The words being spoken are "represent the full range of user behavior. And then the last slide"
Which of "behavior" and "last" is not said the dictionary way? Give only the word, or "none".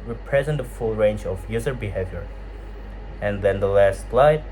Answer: none